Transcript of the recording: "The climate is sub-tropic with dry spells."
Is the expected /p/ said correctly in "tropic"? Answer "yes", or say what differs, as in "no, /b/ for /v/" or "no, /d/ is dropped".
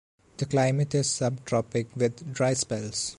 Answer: yes